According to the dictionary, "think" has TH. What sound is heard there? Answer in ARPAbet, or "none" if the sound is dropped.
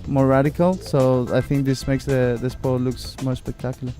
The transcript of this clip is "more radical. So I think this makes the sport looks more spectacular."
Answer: TH